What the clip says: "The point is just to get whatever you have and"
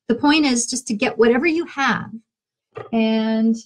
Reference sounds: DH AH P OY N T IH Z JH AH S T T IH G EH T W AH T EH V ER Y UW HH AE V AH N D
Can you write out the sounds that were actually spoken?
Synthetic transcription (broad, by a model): DH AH P OY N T IH Z JH AH S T T IH G EH T W AH T EH V ER Y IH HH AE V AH N